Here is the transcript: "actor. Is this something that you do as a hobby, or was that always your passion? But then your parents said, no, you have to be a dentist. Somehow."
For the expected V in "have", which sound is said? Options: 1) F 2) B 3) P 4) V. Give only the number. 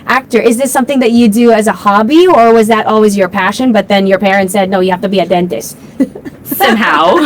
1